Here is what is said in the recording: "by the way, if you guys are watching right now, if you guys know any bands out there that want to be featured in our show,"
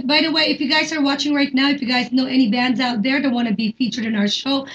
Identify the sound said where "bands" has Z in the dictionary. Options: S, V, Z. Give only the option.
Z